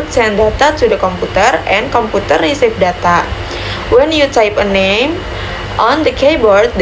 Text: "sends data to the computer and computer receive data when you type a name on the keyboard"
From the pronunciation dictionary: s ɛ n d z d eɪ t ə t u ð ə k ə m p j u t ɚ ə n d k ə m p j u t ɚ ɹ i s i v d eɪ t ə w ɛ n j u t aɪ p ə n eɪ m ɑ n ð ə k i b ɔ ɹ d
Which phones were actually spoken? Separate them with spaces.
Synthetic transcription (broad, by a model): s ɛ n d d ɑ t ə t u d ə k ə m p u t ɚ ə n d k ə m p u t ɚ ɹ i s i f d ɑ t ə w ɛ n j u t aɪ p ə n eɪ m ɑ n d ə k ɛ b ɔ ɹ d